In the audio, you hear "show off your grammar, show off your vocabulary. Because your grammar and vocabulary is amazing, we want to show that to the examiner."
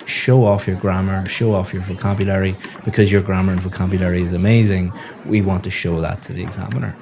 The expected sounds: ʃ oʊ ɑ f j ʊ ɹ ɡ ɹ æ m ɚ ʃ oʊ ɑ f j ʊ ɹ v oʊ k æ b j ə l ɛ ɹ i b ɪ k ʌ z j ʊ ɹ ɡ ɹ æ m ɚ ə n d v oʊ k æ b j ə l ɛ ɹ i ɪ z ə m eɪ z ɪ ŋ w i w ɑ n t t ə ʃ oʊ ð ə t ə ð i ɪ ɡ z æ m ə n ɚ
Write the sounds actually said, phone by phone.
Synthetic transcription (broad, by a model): ʃ oʊ ɑ f j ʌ ɹ ɡ ɹ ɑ m ɚ ʃ oʊ ɑ f j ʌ ɹ v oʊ k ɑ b j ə l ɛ ɹ i b ɪ k ʌ z j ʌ ɹ ɡ ɹ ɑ m ɚ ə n v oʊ k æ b j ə l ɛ ɹ i ɪ z ə m eɪ z ɪ ŋ w i w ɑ n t t ə ʃ oʊ ð ə t ə ð i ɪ ɡ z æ m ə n ɚ